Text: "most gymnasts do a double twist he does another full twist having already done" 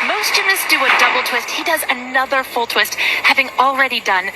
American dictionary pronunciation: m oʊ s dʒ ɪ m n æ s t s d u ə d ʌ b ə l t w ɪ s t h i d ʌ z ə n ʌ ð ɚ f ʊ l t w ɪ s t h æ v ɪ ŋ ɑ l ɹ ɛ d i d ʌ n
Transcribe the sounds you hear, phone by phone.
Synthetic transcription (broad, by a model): m oʊ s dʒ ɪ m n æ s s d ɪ ə d ʌ b l t w ɪ s t h i d ʌ z ə n ʌ ð ɚ f ʊ l t w ɪ s t h æ v ɪ ŋ l ɹ ɛ d i d ʌ n